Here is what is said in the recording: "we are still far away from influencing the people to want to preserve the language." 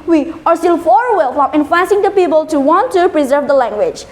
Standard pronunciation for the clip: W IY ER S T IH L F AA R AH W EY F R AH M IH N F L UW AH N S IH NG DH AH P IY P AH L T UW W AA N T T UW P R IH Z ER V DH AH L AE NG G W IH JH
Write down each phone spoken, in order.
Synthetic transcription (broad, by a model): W IY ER S T IH L F AA R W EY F R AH M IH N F AA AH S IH NG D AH P IY P AH L T UW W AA N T T UW P R IH Z ER V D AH L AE NG G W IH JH